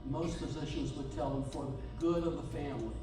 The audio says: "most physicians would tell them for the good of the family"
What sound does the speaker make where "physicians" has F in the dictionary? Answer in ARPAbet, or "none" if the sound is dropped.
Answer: P